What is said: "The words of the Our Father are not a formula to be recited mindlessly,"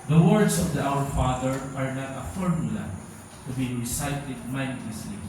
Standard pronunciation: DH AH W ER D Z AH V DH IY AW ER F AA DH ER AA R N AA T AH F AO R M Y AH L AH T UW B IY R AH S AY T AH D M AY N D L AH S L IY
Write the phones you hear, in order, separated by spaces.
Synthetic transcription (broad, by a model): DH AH W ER D S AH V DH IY AW ER F AA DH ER AA R N AA T AH F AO R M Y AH L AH T UW B IY R AH S AY T AH D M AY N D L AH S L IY